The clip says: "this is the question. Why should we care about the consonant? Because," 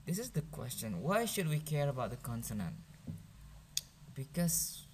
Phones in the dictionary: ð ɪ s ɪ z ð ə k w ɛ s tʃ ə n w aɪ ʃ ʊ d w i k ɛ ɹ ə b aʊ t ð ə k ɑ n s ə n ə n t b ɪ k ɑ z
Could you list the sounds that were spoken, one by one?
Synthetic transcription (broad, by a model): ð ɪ s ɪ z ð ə k w ɛ s tʃ ə n w aɪ ʃ ʊ d w i k ɛ ɹ ə b aʊ t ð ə k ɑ n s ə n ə n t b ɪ k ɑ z